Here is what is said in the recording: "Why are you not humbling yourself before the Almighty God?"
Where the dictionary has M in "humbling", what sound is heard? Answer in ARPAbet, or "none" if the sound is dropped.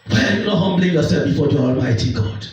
M